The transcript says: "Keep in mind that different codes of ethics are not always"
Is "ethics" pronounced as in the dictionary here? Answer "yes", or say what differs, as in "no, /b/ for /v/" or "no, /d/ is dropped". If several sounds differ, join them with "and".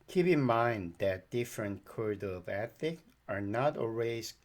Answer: no, /s/ is dropped